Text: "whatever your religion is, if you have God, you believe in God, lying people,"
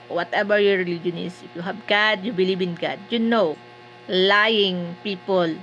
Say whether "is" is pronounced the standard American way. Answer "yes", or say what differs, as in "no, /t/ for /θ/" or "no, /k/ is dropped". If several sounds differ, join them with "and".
no, /s/ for /z/